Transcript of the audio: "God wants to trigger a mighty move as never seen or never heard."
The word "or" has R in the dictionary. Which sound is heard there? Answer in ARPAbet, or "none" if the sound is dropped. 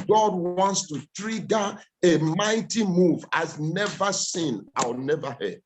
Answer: W